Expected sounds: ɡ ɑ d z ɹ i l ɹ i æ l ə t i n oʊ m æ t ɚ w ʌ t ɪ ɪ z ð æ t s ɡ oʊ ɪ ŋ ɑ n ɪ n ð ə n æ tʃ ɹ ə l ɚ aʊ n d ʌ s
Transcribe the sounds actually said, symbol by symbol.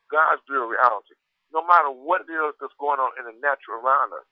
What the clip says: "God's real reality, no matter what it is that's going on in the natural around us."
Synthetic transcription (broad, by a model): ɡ ɑ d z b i ɹ i æ l ə t i n oʊ m æ t ɚ w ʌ t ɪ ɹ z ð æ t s ɡ oʊ ɪ ŋ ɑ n ɪ n ð ə n æ tʃ ə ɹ ɚ aʊ n d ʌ s